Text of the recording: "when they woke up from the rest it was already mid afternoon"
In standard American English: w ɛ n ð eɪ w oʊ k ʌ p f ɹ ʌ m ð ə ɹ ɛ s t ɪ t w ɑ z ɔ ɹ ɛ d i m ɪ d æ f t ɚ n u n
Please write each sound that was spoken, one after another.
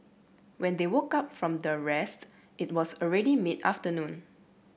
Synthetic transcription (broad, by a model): w ɛ n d eɪ w oʊ k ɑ p f ɹ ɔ m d ə ɹ ɛ s t ɪ t w ɑ s ɔ ɹ ɛ d i m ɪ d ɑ f t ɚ n u n